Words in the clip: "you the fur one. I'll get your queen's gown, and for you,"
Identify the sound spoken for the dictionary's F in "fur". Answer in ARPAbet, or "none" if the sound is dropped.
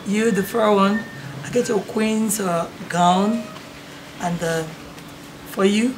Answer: F